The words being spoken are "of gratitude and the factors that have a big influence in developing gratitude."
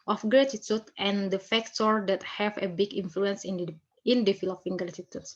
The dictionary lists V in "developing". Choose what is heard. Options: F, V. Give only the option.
F